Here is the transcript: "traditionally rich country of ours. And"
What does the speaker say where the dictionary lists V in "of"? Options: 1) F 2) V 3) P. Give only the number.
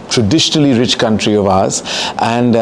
2